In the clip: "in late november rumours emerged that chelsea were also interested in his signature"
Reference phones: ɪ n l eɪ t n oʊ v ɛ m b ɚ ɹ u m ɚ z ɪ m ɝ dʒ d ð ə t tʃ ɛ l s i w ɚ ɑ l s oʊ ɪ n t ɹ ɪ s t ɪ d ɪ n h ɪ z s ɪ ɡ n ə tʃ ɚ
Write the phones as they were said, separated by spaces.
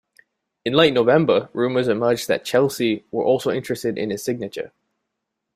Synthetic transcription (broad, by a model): ɪ n l eɪ t n oʊ v ɛ m b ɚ ɹ u m ɚ z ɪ m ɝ dʒ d ð ə t tʃ ɛ l s i w ɚ ɑ l s oʊ ɪ n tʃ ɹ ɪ s t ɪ d ɪ n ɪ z s ɪ ɡ n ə tʃ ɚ